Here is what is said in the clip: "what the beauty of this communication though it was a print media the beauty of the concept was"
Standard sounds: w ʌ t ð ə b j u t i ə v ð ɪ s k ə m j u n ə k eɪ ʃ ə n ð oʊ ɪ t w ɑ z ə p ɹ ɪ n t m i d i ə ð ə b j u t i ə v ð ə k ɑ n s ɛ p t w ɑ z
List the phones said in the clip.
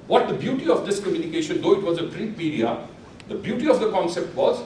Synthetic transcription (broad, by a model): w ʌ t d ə b j u t i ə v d ɪ s k ə m j u n ə k eɪ ʃ ə n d oʊ ɪ t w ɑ z ə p ɹ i t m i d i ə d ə b j u t i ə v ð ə k ɑ n s ɛ p t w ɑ z